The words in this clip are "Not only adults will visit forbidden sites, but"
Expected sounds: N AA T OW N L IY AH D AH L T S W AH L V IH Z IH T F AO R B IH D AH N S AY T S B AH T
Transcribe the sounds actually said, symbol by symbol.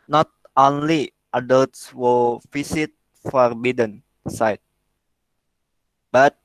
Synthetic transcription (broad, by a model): N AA T OW N L IY AH D AH L T S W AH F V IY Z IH T F AO R B IH D AH N S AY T B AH T